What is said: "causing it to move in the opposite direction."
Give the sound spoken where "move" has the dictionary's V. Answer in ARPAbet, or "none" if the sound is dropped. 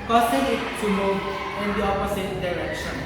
none